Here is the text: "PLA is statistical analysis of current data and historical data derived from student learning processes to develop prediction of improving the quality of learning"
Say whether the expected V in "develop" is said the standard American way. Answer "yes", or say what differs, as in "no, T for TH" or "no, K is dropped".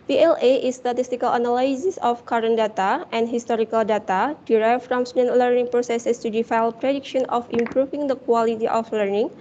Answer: no, F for V